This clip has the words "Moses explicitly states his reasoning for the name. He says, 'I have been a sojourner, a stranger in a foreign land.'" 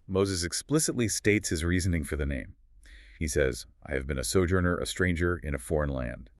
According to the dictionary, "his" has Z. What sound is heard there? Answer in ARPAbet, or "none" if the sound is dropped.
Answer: Z